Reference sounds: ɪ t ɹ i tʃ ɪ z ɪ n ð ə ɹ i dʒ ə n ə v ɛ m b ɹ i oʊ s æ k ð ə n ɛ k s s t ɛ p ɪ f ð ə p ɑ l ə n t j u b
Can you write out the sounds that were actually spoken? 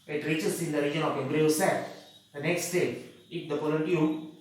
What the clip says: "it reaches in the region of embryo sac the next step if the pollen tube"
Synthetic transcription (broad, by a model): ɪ t ɹ i tʃ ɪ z ɪ n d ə ɹ i dʒ ə n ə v ɛ m b ɹ i oʊ s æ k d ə n ɛ k s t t ɛ ɪ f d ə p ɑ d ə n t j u